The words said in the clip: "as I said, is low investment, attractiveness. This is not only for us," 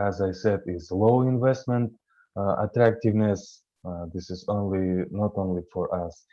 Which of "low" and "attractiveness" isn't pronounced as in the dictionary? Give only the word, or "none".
none